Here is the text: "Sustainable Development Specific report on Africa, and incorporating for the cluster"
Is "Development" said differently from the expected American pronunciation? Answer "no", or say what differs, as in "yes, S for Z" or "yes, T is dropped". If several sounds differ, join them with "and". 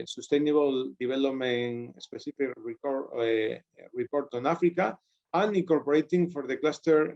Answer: yes, B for V